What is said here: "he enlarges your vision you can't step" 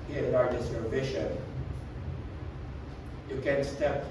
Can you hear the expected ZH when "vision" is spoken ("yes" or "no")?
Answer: no